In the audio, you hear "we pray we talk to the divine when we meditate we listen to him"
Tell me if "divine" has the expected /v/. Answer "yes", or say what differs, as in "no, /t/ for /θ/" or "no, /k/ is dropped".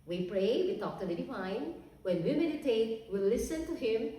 no, /f/ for /v/